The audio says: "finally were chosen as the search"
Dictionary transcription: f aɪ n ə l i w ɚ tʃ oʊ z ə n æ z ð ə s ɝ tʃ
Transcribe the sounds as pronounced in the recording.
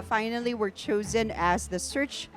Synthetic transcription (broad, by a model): f aɪ n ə l i w ɚ tʃ oʊ z ə n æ z ð ə s ɝ tʃ